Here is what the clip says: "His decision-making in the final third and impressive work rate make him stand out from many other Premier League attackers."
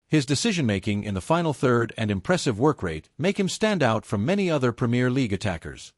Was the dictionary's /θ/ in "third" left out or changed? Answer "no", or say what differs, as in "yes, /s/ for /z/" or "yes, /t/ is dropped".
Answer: no